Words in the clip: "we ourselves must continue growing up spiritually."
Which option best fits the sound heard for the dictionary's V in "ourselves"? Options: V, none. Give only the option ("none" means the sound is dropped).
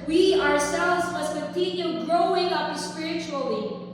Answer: V